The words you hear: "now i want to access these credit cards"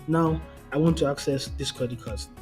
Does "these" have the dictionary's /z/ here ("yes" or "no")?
no